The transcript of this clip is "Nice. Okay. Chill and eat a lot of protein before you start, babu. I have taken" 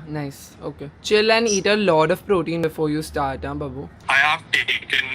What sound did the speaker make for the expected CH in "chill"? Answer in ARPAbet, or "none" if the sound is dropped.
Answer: CH